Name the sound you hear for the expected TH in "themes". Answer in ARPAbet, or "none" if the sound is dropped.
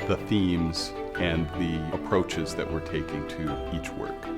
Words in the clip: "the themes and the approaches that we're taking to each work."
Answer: TH